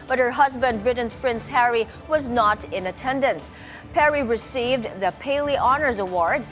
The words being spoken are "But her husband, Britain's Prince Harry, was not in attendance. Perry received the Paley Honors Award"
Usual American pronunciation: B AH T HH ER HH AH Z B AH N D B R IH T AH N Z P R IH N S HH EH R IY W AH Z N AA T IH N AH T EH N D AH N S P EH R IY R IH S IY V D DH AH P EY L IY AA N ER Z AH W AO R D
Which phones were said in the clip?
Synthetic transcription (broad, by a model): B AH T HH ER HH AH Z B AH N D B R IH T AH N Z P R IH N S HH EH R IY W AH Z N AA T IH N AH T EH N D AH N S P EH R IY R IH S IY V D DH AH P EY L IY AA N ER Z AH W AO R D